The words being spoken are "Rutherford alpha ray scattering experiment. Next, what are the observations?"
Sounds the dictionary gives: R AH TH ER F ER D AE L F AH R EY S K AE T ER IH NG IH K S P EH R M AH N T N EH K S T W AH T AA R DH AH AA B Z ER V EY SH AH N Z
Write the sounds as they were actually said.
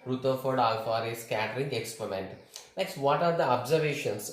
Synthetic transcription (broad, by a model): R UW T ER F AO D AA L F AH R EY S K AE T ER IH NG IH K S P EH R M AH N T N EH K S T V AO T AA R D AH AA B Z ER V EY SH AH N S